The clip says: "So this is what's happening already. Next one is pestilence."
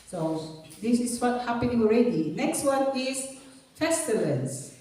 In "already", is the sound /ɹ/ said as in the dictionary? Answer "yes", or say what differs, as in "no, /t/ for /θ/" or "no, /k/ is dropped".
yes